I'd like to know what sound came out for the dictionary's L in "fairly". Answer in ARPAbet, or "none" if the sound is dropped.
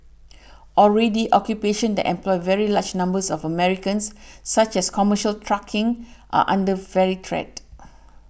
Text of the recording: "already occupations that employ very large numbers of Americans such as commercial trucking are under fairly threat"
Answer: none